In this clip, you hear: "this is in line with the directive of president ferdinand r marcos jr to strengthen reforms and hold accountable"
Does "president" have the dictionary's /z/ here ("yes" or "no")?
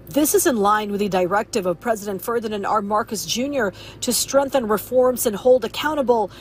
yes